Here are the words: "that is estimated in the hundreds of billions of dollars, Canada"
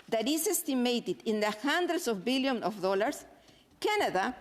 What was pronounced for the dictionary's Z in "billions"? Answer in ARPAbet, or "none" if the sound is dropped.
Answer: none